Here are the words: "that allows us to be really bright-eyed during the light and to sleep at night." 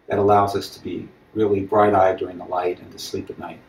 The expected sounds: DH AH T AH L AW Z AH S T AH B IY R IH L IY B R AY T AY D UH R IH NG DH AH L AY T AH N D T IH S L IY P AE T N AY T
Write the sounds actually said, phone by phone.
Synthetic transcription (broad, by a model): DH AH T AH L AW Z AH S T AH B IY R IH L IY B R AY T AY D UH R IH NG DH AH L AY T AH N T IH S L IY P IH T N AY T